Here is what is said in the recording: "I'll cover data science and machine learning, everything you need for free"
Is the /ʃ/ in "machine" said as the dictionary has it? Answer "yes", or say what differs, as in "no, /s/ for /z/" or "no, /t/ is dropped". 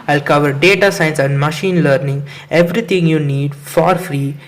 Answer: yes